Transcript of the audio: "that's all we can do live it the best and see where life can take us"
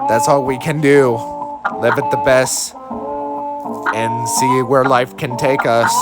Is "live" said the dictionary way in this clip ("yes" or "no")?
yes